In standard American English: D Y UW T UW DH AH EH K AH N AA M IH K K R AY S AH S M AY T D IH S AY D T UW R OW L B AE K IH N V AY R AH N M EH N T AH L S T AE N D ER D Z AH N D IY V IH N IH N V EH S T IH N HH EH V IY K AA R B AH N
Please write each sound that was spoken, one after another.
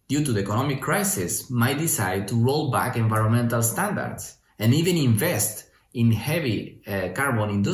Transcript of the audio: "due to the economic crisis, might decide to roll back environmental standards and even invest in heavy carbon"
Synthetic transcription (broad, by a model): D Y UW T UW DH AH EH K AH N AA M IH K K R AY S AH S M AY T D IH S AY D T UW R OW L B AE K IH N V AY R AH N M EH N T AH L S T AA N D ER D S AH N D IY V IH N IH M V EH S T IH N HH EH V IY K AA R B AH N